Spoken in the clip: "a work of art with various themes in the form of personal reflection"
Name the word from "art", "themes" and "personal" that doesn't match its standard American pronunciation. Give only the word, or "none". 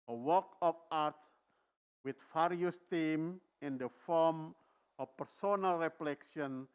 themes